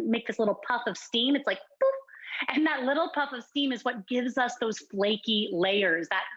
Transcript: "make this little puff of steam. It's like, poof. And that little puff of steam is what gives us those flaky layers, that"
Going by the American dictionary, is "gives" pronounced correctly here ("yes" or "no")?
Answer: yes